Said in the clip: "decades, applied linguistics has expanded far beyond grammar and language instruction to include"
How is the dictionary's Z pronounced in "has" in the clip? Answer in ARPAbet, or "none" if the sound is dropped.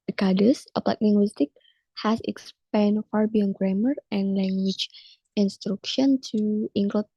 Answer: S